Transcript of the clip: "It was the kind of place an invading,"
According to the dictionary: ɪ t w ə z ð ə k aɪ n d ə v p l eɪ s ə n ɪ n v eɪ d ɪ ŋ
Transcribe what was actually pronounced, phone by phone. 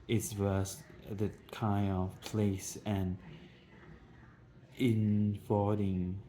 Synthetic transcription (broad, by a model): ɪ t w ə s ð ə k aɪ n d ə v p l eɪ s ə n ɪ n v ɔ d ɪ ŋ